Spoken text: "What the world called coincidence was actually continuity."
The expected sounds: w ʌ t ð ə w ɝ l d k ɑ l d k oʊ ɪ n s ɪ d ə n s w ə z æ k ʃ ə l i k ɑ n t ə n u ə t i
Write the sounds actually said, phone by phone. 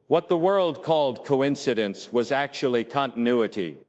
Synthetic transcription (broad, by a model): w ʌ t ð ə w ɝ l d k ɑ l d k oʊ ɪ n s ɪ d ə n s w ə z æ k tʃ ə l i k ɑ n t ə n u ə t i